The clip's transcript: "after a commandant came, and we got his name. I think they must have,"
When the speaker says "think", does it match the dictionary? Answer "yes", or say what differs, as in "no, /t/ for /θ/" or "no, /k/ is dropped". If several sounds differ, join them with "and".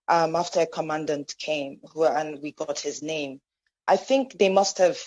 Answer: yes